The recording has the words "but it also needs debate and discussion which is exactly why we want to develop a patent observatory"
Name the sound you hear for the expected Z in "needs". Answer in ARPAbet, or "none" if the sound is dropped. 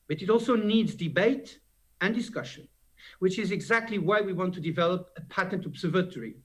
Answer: Z